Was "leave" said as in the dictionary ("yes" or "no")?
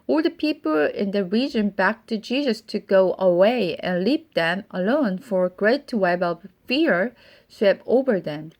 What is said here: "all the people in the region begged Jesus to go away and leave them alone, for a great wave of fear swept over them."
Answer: no